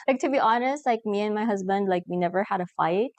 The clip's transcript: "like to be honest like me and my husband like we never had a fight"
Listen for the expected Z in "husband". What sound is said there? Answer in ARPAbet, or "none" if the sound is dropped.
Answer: Z